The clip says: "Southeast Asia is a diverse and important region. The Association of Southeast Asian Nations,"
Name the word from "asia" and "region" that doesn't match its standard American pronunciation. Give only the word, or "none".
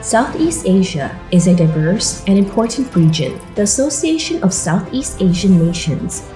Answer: none